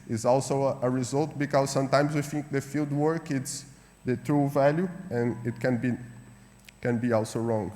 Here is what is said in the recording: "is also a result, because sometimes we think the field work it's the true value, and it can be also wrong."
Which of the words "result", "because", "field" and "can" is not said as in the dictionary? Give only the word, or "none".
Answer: none